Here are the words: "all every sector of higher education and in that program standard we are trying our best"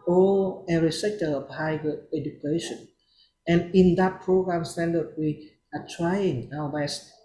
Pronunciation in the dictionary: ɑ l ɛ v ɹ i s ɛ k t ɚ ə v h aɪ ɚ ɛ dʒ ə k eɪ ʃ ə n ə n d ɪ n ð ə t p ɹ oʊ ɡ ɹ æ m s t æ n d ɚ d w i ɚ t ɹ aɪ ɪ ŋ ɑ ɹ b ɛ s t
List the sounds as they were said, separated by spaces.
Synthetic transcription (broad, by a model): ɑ l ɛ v ɹ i s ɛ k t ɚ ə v h aɪ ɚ ɛ dʒ ə k eɪ ʃ ə n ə n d ɪ n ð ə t p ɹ oʊ ɡ ɹ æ m s t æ n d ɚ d w i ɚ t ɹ aɪ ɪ ŋ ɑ w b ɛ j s